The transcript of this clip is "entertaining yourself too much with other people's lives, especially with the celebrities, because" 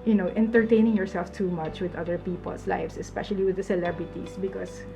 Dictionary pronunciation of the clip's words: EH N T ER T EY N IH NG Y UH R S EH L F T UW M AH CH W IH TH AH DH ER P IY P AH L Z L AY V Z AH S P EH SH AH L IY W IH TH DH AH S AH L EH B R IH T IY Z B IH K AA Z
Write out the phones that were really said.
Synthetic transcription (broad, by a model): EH N T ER T EY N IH NG Y UH R S EH L F T UW M AH CH W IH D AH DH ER P IY P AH L S L AY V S AH S P EH SH AH L IY W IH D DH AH S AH L EH B R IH T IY S B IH K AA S